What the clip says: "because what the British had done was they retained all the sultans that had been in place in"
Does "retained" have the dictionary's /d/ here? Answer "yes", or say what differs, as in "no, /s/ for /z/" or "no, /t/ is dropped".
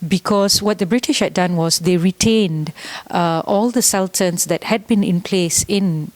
yes